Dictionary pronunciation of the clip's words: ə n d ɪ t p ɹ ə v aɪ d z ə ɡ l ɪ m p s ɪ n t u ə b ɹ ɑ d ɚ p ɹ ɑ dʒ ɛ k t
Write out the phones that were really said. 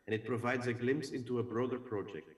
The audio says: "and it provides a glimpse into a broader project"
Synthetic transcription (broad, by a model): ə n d ɪ t p ɹ ə v aɪ d z ə ɡ l ɪ m p s ɪ n t u ə b ɹ ɑ d ɚ p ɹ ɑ dʒ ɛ k t